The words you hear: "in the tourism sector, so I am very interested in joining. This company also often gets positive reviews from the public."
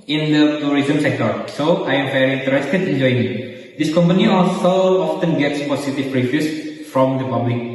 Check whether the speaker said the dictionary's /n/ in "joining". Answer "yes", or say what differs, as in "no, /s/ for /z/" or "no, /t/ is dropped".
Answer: no, /n/ is dropped